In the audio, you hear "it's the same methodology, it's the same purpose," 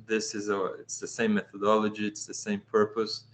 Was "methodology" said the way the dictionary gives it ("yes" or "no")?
yes